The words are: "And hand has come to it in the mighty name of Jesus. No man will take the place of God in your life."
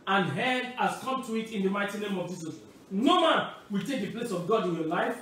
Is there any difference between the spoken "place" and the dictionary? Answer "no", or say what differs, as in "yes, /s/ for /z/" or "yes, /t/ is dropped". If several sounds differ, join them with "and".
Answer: no